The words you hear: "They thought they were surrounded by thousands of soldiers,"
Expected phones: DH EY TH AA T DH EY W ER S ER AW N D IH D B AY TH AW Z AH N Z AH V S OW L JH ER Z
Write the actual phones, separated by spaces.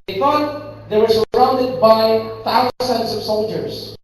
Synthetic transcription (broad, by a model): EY F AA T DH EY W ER S ER AW N D IH D B AY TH AW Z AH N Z AH V S OW L JH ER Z